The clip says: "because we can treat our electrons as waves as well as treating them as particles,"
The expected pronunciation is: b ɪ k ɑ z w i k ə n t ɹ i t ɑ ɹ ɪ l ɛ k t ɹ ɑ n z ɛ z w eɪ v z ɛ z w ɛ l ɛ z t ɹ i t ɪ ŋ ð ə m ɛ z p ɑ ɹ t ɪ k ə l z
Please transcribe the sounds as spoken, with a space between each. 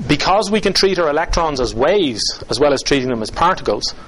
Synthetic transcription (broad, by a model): b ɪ k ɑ z w i k ə n t ɹ i t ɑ ɹ ɪ l ɛ k t ɹ ɑ n z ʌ z w eɪ v z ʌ z w ɛ l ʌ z t ɹ i t ɪ ŋ ð ə m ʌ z p ɑ ɹ t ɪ k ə l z